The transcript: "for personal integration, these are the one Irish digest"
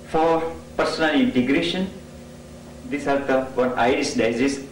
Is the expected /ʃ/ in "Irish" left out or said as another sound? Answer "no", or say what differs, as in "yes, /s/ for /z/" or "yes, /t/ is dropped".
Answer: yes, /s/ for /ʃ/